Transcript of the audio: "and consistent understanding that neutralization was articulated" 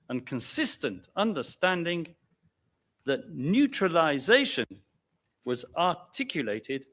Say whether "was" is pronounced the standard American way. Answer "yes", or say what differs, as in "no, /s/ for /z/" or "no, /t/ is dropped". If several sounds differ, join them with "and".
yes